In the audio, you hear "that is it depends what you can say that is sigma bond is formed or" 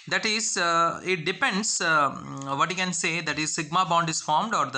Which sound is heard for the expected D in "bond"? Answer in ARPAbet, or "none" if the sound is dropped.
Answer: D